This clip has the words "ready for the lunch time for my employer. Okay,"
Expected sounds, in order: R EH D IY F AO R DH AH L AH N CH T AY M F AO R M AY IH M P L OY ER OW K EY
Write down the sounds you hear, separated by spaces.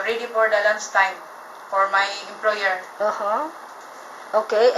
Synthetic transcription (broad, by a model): R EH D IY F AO R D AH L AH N S T AY M F AO R M AY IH M P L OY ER OW K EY